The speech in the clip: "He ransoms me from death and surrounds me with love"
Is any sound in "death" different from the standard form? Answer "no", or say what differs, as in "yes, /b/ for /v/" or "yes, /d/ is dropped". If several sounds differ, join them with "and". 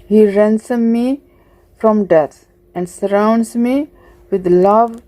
yes, /t/ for /θ/